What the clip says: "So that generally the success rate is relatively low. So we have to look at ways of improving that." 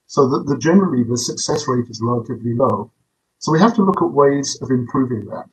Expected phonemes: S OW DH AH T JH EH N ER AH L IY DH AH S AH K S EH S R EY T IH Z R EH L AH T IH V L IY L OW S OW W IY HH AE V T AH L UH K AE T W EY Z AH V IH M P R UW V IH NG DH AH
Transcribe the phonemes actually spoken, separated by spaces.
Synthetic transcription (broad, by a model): S OW DH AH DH JH EH N ER AH L IY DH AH S AH K S EH S R EY T IH Z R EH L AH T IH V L IY L OW S OW W IY HH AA F T AH L UH K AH T W EY Z AH V IH M P R UW V IH NG DH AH